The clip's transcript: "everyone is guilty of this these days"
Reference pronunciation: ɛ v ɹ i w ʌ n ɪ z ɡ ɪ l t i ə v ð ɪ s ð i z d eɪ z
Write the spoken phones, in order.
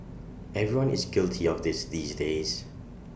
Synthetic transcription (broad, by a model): ɛ v ɹ i w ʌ n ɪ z ɡ ɪ l t i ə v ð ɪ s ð i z d eɪ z